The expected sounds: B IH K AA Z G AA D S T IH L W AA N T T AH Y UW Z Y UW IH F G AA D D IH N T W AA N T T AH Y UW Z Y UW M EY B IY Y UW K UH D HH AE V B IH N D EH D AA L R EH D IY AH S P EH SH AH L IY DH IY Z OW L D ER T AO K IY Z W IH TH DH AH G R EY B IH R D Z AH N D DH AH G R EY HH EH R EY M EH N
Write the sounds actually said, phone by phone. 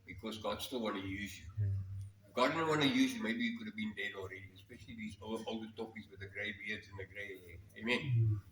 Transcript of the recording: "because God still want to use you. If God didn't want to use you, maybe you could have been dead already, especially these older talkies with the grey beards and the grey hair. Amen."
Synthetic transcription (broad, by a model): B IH K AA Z G AA D S T IH L W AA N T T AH Y UW Z Y UW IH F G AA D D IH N W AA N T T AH Y UW Z Y UW M EY B IY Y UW K UH D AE V B IH N D EH D AA L R EH D IY AH S P EH SH AH L IY DH IY Z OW L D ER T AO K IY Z W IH DH AH G R EY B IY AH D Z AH N DH AH G R EY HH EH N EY M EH N